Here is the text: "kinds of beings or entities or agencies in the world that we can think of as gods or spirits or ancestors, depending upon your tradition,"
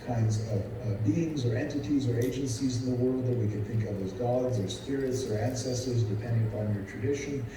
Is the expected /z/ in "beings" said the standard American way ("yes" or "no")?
yes